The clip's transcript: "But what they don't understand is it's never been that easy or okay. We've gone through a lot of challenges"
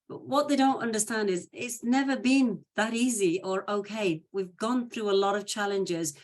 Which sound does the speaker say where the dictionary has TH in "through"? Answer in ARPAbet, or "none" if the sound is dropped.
TH